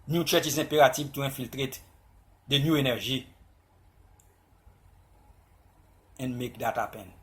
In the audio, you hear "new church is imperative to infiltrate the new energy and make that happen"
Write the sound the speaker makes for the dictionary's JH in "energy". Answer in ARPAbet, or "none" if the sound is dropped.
ZH